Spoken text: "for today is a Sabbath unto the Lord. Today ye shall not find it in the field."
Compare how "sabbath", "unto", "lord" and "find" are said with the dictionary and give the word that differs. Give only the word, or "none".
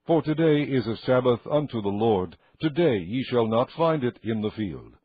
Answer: none